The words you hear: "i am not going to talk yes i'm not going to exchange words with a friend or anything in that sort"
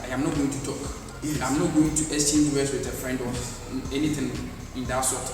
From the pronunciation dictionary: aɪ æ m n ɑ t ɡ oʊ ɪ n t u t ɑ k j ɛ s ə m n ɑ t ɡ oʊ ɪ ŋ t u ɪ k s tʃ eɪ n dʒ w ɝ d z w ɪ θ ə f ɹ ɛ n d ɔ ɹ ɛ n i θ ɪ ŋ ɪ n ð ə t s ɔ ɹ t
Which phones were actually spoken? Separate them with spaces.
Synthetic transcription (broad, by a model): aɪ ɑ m n ɑ t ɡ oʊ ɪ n t u t ɑ k ə m n ɑ t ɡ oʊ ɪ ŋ t u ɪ s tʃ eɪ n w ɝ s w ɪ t ə f ɹ ɛ n d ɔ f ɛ n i t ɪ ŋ ɪ n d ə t s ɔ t